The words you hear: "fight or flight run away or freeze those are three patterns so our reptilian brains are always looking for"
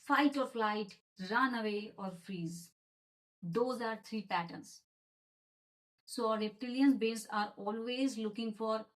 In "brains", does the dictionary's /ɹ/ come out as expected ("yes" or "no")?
no